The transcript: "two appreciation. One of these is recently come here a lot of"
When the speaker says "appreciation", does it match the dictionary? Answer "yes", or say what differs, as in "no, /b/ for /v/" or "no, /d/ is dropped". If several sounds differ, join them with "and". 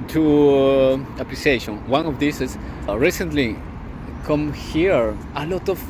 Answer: no, /l/ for /ɹ/